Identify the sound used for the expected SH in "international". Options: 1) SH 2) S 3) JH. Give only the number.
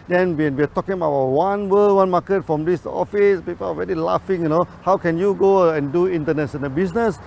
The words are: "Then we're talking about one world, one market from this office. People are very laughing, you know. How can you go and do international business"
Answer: 2